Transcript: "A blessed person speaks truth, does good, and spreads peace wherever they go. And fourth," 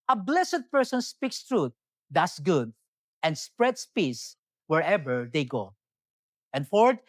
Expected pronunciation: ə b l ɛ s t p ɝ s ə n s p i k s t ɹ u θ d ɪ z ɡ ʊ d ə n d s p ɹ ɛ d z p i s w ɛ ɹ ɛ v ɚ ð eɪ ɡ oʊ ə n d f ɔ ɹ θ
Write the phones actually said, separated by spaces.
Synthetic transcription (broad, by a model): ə b l ɛ s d p ɝ s ə n s p i k s t ɹ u t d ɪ s ɡ ʊ d ə n d s p ɹ ɛ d s p i s w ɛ ɹ ɛ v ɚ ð eɪ ɡ oʊ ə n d f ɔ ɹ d